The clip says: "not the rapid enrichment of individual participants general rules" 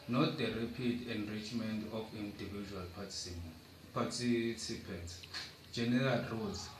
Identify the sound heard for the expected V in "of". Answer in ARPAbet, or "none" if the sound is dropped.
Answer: F